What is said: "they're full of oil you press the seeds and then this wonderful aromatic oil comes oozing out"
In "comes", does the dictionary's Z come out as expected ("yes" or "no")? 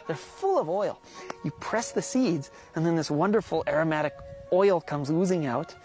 yes